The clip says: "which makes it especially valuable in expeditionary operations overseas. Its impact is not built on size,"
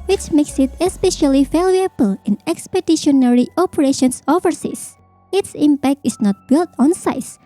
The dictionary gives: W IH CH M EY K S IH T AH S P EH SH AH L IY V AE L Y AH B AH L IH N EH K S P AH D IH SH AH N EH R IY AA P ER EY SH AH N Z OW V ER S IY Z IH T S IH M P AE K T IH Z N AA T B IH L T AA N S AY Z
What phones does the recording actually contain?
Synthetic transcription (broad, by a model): W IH CH M EY K S IH T AH S P EH SH AH L IY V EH L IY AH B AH L IH N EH K S P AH D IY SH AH N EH R IY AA P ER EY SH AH N S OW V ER S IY S IH T S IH M P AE K T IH S N AA T B IH L T AA N S AY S